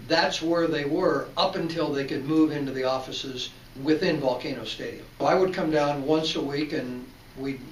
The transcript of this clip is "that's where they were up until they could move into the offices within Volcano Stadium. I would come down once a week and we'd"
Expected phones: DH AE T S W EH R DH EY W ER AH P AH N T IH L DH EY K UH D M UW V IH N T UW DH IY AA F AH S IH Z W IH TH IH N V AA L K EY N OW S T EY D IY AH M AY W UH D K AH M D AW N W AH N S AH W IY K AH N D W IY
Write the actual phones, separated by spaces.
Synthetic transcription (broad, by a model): DH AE T S W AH R DH EY W ER AH P AH N T IH L DH EY K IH D M UW V IH N T UW DH IY AA F AH S IH Z W IH TH IH N V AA L K EY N OW S T EY D IY AH M AY W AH D K AH M D AW N W AH N S AH W IY K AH N W IY